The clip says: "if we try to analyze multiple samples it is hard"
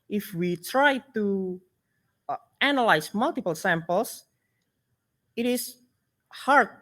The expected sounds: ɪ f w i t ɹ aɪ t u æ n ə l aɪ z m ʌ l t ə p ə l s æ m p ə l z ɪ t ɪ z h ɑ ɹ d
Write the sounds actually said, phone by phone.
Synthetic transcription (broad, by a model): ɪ f w i t ɹ aɪ t u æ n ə l aɪ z m ʌ l t ə p ə l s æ m p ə l s ɪ t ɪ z h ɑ ɹ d